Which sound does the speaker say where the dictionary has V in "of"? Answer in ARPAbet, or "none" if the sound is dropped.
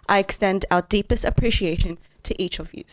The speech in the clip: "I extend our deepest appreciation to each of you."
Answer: V